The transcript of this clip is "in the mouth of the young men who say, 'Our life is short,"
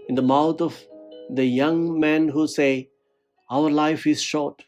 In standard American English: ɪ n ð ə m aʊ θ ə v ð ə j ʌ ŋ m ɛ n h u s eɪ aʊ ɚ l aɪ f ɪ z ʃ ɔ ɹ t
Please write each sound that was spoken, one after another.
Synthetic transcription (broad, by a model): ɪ n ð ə m aʊ t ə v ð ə j ʌ ŋ m ɛ n h u s eɪ aʊ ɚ l aɪ f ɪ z ʃ ɔ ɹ t